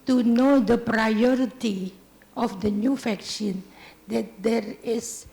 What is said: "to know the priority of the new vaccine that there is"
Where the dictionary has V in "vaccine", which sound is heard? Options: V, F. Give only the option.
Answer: F